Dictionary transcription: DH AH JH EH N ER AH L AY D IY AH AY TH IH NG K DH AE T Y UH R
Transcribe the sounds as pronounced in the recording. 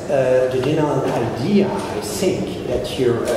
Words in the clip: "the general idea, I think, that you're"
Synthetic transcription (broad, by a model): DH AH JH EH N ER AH N AY D IY AH AY TH IH NG K DH AE T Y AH R